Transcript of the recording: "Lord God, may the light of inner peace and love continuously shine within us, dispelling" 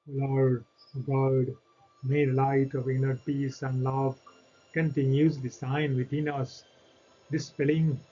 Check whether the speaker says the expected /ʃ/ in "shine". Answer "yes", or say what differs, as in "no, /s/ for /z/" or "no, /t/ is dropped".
no, /s/ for /ʃ/